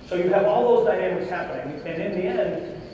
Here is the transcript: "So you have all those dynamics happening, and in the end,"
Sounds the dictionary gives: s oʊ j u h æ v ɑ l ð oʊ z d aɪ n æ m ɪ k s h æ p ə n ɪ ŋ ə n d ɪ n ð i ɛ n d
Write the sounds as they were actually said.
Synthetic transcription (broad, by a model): s oʊ j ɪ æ v ɑ l ð oʊ z d aɪ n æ m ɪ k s h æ p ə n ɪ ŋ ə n ɪ n ð i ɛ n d